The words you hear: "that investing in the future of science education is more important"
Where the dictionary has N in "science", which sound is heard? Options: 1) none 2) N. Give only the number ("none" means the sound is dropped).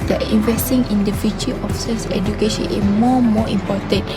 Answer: 1